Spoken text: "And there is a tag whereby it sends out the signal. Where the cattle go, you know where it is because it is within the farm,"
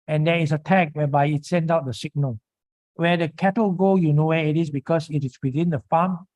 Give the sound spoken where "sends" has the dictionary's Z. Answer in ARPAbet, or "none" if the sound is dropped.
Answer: none